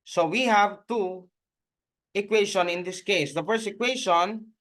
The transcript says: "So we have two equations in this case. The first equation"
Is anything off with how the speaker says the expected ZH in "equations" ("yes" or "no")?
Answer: yes